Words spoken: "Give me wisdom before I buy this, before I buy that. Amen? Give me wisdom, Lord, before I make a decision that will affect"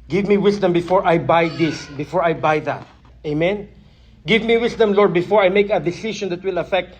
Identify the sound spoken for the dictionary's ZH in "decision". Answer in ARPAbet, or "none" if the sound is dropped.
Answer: SH